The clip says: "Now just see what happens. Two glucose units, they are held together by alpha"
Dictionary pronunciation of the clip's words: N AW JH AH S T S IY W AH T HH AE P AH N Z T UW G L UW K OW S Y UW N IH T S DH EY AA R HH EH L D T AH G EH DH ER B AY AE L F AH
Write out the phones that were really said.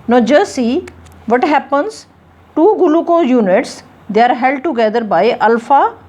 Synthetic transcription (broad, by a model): N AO JH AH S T S IY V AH T HH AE P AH N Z T UW G L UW K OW Y UW N IH T S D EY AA R HH EH L D T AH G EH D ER B AY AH L F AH